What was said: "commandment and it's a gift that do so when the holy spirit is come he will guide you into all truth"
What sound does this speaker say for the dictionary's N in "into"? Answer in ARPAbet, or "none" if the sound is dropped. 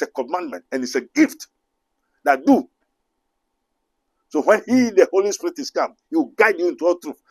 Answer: N